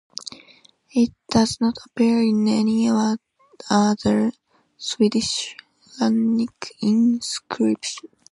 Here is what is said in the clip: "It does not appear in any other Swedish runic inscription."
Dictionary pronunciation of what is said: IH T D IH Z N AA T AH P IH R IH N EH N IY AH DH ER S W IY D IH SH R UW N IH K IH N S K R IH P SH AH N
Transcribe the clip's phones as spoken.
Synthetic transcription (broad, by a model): IH T D IH Z N AA T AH P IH R IH N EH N IY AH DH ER S W IY D IH SH L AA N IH K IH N S K R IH P SH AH N